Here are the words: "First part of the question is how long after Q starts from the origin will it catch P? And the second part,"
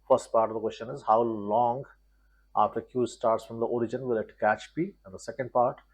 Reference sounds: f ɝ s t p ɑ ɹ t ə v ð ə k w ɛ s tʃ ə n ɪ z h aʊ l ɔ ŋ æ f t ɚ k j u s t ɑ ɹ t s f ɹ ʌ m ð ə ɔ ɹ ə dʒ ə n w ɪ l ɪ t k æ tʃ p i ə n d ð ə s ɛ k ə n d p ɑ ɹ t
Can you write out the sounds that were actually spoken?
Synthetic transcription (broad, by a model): f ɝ s t p ɑ ɹ t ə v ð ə k w ɛ s tʃ ə n ɪ z h aʊ l ɔ ŋ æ f t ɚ k j u s t ɑ ɹ t s f ɹ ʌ m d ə ɔ ɹ ə dʒ ə n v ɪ l ɪ t k æ tʃ b i ə n d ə s ɛ k ə n d p ɑ ɹ t